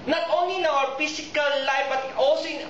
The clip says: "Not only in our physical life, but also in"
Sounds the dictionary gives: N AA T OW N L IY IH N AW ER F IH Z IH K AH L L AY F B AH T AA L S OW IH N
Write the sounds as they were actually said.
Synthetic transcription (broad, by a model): N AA T OW N L IY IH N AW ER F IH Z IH K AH L L AY F B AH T AA L S OW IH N